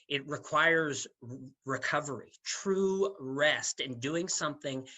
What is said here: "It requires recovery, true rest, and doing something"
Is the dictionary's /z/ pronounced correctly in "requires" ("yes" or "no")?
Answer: yes